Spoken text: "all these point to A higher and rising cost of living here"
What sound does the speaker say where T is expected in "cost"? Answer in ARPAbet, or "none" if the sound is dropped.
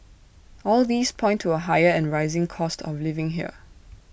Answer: T